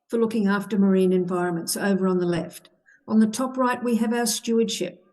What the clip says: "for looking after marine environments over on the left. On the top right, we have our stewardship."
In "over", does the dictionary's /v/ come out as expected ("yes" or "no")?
yes